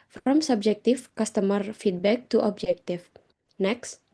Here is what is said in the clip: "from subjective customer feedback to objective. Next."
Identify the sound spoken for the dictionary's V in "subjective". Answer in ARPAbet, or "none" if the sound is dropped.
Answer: F